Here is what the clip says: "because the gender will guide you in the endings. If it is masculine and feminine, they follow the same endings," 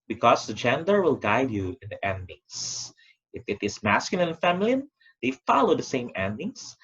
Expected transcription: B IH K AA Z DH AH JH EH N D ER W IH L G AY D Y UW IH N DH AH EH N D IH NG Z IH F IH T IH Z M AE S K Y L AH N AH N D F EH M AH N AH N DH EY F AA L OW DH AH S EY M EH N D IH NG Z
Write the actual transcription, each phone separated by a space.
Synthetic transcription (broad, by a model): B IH K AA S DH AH JH EH N D ER W IH L G AY D Y UW IH N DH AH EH N D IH NG S IH F IH T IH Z M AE S K Y AH L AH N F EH M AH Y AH N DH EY F AA L OW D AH S EY M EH N D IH NG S